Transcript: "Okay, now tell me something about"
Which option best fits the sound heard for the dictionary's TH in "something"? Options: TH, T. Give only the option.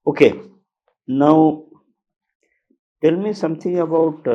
T